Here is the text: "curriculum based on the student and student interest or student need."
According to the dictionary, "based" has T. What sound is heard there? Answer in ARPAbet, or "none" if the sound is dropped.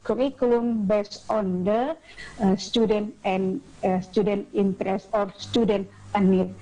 none